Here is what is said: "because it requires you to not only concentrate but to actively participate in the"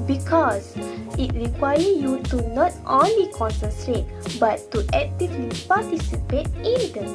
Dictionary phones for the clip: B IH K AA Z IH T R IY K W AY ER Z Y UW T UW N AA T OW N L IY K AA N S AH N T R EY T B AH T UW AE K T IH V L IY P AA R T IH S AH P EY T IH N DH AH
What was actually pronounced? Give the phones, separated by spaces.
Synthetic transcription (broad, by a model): B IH K AA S IH T R IY K W AY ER Y UW T UW N AA T OW N L IY K AA N S AH N T R EY T B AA T UW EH K T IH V L IY P AA T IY S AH P EY T IH N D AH